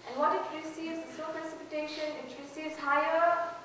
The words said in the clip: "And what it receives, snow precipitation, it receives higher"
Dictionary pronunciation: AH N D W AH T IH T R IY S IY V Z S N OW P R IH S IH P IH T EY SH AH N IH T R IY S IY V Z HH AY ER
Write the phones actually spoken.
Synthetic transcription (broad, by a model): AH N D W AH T IH T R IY S IY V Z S OW P R IH S IH P IH T EY SH AH N IH T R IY S IY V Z HH AY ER